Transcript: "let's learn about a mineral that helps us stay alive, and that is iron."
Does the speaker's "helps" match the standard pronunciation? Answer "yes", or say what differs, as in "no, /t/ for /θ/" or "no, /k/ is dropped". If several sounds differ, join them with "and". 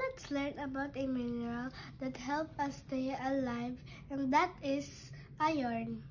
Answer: no, /s/ is dropped